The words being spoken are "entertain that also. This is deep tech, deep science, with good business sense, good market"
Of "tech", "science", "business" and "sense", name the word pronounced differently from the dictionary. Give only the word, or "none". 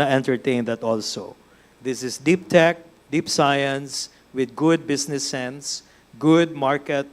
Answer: business